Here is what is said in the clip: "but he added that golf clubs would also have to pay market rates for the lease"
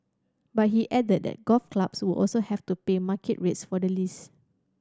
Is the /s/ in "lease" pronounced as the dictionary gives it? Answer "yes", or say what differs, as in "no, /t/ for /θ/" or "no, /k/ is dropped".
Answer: yes